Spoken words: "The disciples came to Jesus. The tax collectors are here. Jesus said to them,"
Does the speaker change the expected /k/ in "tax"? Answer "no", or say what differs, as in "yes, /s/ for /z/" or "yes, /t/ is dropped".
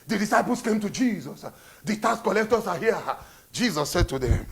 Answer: yes, /k/ is dropped